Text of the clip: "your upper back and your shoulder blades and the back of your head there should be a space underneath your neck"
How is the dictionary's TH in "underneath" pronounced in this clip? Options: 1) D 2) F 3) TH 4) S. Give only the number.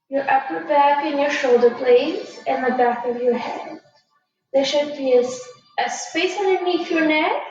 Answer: 2